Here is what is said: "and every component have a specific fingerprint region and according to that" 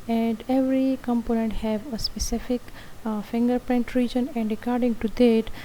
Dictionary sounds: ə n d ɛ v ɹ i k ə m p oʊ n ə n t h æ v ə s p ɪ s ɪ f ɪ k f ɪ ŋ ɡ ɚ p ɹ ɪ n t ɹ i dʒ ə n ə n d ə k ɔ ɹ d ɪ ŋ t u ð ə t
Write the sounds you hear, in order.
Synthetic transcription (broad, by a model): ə n d ɛ v ɹ i k ə m p oʊ n ə n t h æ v ə s p ɪ s ɪ f ɪ k f ɪ ŋ ɡ ɚ p ɹ ɪ n t ɹ i dʒ ə n ə n d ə k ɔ ɹ d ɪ ŋ t u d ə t